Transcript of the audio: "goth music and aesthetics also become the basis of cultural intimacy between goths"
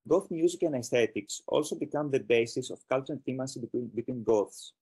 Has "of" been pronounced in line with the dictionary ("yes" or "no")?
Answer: no